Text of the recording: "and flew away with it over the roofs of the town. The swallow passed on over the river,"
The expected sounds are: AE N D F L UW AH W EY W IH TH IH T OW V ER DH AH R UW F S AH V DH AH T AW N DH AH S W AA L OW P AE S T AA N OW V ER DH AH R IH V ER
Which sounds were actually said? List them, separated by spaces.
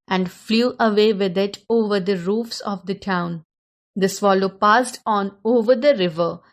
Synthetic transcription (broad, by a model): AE N D F L UW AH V EY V IH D IH T OW V ER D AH R UW F S AH V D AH T AW N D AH S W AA L OW P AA S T AA N OW V ER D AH R IH V ER